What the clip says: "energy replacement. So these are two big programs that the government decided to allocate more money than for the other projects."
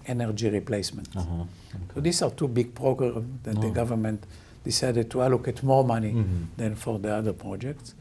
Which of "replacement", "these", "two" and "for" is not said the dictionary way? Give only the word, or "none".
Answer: these